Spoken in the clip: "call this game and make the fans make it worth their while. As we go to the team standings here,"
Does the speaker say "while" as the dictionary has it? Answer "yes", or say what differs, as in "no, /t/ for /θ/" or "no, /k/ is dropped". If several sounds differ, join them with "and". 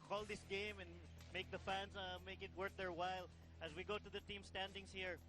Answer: yes